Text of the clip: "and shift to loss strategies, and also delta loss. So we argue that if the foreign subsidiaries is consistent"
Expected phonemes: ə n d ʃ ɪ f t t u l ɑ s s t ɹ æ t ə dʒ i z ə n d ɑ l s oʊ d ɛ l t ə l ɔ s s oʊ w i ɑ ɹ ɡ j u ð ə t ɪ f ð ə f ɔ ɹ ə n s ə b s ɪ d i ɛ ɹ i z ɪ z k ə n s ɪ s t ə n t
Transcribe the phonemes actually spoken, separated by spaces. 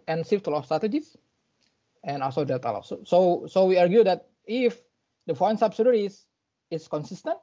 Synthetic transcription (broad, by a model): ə n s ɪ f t t u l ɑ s s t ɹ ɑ t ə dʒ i s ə n ɑ l s oʊ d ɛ t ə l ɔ s s oʊ w i ɑ ɹ ɡ j u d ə t ɪ f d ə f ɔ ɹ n s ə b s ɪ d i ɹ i s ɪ s k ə n s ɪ s t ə n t